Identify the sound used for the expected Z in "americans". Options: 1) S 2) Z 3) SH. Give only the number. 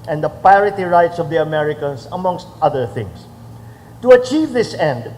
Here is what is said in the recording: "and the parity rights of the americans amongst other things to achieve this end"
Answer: 1